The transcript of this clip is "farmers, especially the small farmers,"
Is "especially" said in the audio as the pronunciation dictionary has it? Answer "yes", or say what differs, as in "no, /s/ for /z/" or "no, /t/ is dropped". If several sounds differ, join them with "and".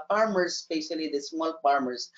no, /p/ is dropped